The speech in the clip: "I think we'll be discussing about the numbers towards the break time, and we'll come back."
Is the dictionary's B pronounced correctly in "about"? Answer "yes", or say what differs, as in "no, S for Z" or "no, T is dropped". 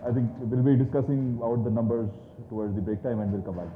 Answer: no, B is dropped